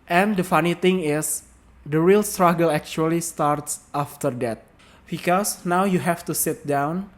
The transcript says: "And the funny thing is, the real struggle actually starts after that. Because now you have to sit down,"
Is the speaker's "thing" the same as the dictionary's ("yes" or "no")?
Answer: no